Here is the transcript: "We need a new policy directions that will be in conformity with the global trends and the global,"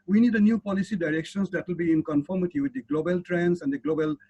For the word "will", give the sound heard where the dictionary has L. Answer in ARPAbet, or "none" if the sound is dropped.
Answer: L